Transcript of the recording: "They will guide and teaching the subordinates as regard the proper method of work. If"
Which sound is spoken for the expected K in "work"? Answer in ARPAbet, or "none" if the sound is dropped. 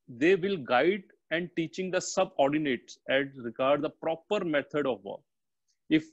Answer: none